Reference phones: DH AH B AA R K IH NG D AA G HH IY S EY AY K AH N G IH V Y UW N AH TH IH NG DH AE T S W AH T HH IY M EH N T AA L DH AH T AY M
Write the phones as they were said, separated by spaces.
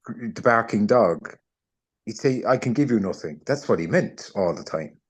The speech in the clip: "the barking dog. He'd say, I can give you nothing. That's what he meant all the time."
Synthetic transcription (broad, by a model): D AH B AA R K IH NG D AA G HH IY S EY AY K AH N G IH V Y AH N AH TH IH NG DH AE T S W AH T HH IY M EH N T AA L DH AH T AY M